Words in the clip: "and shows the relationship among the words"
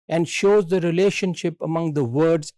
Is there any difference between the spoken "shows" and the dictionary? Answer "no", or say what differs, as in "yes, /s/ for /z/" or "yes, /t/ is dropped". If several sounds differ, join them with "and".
no